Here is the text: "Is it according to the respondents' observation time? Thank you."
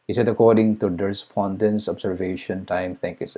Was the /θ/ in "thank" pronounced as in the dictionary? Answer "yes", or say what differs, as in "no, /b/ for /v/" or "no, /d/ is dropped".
no, /t/ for /θ/